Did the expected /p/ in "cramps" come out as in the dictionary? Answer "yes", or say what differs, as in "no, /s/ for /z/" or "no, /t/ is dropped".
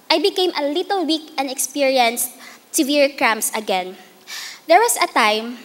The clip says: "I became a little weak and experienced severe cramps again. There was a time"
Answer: no, /p/ is dropped